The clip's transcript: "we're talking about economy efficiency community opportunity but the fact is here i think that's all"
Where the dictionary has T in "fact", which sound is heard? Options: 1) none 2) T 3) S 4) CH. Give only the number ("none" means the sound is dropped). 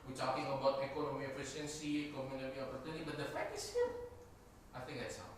1